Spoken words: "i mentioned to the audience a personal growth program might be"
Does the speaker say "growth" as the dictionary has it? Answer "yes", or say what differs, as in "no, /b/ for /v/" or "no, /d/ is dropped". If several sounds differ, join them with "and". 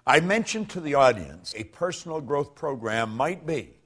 yes